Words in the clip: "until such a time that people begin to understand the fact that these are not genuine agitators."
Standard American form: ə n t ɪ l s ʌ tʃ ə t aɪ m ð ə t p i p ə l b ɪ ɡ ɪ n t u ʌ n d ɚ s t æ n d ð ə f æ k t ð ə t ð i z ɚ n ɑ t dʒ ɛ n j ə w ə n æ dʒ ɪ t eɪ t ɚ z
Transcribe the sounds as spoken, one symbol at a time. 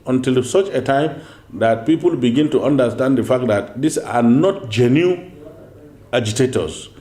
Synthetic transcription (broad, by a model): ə n t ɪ l s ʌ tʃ ə t aɪ m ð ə t p i p ə l b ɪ ɡ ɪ n t u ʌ n d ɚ s t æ n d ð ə f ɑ k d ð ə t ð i s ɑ n ɑ t dʒ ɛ n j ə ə dʒ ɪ t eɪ t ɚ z